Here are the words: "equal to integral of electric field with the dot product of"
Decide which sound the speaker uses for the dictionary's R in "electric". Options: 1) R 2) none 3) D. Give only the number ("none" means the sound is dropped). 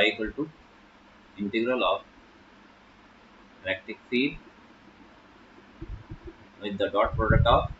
2